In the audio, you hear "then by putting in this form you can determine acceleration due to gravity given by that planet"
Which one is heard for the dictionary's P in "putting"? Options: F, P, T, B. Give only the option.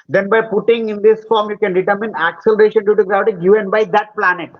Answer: P